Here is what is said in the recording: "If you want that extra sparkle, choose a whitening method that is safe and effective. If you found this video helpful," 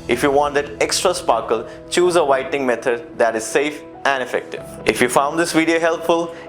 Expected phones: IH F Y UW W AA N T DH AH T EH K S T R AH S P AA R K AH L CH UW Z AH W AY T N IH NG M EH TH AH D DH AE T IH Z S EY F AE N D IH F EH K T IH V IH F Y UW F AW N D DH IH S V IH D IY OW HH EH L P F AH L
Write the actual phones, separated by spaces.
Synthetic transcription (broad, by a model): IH F Y UW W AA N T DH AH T EH K S T R AH S P AA R K AH L CH UW Z AH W AY T IH NG M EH T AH D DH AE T IH Z S EY F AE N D IH F EH K T IH V IH F Y UW F AW N D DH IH S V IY D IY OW HH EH L P F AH L